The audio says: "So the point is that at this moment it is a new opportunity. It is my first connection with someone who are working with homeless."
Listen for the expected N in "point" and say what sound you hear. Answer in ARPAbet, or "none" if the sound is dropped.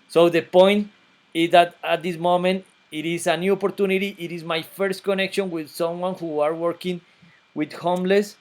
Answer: N